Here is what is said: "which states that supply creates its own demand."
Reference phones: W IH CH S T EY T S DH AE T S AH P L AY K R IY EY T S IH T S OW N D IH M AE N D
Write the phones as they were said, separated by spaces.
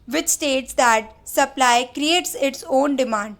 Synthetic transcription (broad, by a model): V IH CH S T EY T S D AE T S AH P L AY K R IY EY T S IH T S OW N D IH M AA N D